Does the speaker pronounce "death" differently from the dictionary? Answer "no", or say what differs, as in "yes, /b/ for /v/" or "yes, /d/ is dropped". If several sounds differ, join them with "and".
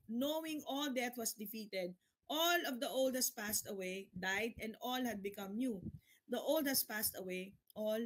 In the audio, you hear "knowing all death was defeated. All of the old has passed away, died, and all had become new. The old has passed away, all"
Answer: yes, /t/ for /θ/